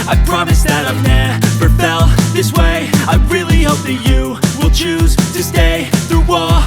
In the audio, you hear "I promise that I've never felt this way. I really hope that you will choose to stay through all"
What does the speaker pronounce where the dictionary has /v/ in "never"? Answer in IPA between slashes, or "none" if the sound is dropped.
/p/